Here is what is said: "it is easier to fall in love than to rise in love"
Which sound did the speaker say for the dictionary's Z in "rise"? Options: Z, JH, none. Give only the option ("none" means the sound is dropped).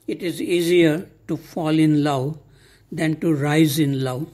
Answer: Z